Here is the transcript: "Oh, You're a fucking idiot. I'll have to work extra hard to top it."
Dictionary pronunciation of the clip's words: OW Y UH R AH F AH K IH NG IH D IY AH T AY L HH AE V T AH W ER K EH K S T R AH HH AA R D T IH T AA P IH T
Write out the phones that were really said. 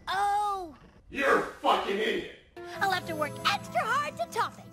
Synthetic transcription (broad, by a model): OW Y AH R F AH K IH NG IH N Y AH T AY L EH F T AH W ER K EH K S T R AH HH AA R D T IH T AA P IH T